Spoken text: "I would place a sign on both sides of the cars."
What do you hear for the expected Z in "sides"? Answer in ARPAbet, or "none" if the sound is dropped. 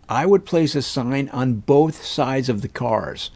Z